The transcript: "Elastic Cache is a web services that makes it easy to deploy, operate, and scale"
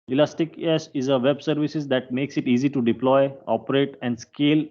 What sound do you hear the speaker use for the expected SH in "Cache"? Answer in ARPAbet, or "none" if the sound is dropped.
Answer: S